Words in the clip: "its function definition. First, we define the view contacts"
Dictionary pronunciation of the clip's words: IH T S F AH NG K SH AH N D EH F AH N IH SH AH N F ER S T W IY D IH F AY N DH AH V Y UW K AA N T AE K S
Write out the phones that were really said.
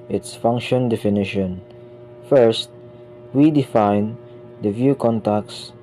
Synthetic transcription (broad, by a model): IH T S F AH NG K SH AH N D EH F AH N IH SH AH N F ER S T W IY D IH F AY N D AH V Y UW K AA N T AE K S